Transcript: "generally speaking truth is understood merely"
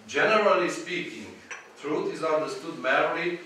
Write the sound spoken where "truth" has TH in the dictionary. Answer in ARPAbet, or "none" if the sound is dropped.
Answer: T